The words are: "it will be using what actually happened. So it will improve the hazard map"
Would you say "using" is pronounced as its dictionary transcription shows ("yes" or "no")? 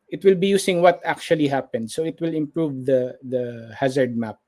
no